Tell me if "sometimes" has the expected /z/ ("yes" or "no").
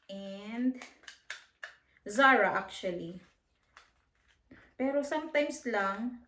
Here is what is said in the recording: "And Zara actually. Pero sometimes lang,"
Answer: no